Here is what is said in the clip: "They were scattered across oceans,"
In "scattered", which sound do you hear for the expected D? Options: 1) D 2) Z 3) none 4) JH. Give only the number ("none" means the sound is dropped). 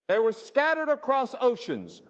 1